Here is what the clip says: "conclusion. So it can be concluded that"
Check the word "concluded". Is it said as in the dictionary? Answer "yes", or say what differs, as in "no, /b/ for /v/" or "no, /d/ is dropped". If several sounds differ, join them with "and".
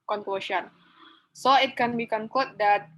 no, /l/ is dropped